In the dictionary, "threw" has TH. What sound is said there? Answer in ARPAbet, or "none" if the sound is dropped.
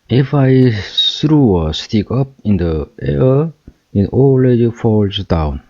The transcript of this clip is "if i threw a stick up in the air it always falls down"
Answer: S